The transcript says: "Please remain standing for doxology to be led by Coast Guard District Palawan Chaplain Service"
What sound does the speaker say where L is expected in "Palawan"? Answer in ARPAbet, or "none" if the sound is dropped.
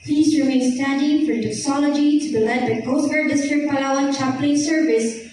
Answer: none